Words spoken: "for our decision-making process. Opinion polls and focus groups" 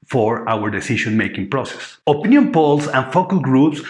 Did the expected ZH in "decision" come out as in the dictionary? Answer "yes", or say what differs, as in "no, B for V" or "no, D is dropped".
no, SH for ZH